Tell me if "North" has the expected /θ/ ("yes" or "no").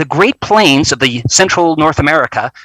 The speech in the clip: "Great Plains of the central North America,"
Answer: yes